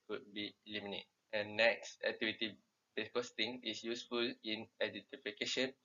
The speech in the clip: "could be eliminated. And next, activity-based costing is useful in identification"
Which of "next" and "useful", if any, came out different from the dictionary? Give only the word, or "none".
none